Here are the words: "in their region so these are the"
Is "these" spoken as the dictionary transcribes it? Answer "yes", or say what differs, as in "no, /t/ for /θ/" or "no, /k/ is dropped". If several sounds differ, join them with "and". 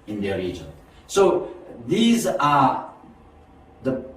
yes